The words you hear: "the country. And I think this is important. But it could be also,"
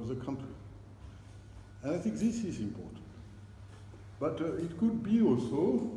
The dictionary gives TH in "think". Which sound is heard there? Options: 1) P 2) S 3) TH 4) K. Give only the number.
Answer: 3